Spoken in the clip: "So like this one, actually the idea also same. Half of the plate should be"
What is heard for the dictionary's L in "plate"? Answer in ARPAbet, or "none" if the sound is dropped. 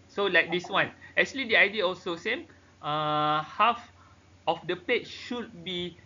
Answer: none